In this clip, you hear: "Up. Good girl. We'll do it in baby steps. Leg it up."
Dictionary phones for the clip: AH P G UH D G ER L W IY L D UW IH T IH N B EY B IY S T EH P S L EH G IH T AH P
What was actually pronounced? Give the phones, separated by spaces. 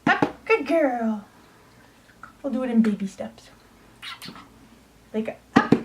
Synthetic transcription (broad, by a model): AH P G UH D G ER L W IY L D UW IH T IH N B EY B IY S T EH P S L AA IH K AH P